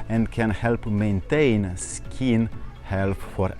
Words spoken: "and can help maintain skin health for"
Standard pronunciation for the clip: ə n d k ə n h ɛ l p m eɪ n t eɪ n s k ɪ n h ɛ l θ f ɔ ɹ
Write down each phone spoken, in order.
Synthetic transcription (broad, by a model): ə n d k ə n h ɛ l p m eɪ n t eɪ n s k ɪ n h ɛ l f f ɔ ɹ